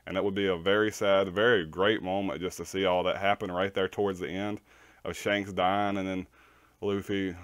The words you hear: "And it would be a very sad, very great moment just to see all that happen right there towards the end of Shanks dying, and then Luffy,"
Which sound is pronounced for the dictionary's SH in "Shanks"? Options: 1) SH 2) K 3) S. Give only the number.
1